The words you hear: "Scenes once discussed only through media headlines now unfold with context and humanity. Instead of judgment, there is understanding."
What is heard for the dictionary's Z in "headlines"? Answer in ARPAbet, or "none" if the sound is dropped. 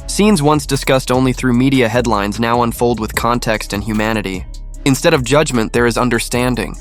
Z